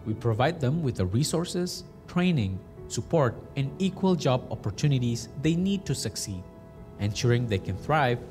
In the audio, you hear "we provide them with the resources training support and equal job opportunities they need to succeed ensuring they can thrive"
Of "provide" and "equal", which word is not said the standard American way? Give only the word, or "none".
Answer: none